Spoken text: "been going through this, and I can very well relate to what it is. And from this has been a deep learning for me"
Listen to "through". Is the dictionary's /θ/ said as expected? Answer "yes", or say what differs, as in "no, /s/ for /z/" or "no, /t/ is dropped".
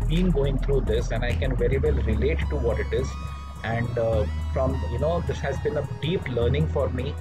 no, /t/ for /θ/